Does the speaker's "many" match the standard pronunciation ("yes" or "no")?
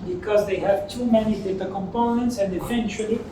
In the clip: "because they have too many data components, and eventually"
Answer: yes